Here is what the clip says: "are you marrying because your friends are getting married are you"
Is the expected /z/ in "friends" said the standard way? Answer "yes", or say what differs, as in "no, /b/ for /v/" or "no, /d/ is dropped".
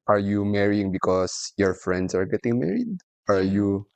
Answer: no, /s/ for /z/